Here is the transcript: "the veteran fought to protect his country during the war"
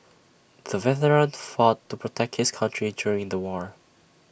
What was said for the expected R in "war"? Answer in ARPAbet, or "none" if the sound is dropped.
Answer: R